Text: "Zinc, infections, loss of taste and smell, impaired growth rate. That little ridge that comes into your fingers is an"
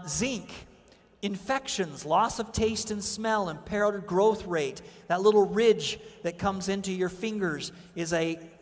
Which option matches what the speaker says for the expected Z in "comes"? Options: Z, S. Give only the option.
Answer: Z